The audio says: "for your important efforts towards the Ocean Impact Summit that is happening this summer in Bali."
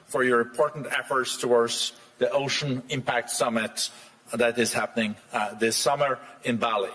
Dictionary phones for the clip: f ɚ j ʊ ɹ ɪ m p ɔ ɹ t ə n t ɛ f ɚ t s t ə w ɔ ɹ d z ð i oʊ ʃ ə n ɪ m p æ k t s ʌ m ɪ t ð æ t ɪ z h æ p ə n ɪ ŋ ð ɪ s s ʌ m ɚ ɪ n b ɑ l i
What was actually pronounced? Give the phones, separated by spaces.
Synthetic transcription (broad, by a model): f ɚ j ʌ ɹ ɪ m p ɔ ɹ t n t ɛ f ɚ t s t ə w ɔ ɹ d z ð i oʊ ʃ ə n ɪ m p æ k t s ʌ m ɪ t ð æ t ɪ z h æ p ə n ɪ ŋ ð ɪ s s ʌ m ɚ ɪ n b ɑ l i